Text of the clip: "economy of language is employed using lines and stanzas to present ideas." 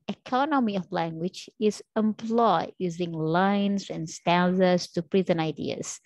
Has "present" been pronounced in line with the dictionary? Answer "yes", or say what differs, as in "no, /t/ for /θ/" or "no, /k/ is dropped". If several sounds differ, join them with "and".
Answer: no, /t/ is dropped